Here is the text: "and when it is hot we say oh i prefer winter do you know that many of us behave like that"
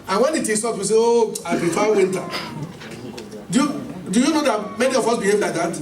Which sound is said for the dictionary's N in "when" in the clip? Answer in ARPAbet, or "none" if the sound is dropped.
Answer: N